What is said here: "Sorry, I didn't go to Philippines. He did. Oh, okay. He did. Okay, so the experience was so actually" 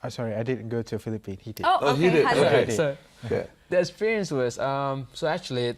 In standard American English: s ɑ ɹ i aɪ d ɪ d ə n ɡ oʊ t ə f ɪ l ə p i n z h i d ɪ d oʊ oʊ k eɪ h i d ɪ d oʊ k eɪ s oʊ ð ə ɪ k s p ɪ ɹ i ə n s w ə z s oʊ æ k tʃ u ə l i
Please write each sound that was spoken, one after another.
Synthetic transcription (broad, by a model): s ɑ ɹ i aɪ d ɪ d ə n ɡ oʊ t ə f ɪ l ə p i n h i d ɪ d oʊ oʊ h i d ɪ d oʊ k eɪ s oʊ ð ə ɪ k s p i ɹ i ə n s w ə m s oʊ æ k tʃ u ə l i